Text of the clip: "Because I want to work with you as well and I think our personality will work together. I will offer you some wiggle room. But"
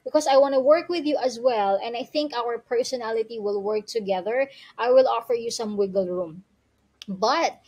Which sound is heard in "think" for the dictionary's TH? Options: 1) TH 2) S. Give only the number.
1